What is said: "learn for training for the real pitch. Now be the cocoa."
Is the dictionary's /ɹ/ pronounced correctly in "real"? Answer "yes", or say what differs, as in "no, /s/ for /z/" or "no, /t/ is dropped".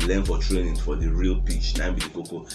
yes